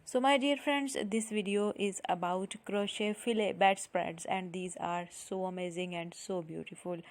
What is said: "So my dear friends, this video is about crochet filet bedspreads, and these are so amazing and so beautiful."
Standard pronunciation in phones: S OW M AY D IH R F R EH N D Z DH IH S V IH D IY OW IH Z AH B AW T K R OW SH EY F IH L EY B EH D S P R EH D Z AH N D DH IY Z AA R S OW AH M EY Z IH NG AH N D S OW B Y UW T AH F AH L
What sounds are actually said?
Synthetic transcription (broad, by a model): S OW M AY D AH R F R EH N D Z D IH S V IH D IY OW IH Z AH B AW T K R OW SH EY F IH L EY B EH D S P R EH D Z AH N D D IY Z AA R S OW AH M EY Z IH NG AH N D S OW B Y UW T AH F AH L